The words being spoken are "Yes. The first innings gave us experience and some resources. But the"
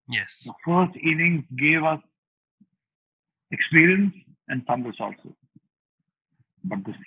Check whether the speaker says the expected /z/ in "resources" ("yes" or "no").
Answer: no